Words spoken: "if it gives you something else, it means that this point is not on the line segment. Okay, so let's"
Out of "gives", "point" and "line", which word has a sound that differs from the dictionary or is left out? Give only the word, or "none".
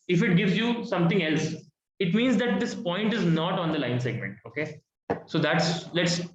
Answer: none